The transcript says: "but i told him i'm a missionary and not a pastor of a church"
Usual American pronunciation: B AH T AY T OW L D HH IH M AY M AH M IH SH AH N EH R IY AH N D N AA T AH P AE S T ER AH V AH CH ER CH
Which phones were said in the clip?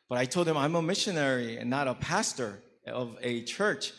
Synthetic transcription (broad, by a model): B AH T AY T OW L D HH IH M AY M AH M IH SH AH N EH R IY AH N N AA T AH P AE S T ER AH V AH CH ER CH